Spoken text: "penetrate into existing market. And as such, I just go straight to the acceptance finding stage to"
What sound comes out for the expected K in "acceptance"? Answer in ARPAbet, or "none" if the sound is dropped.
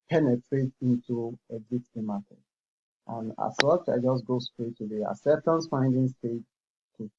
none